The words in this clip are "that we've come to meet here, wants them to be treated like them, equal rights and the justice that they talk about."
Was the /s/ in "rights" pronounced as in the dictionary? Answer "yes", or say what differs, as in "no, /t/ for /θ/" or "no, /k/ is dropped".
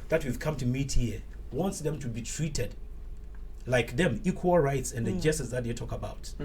yes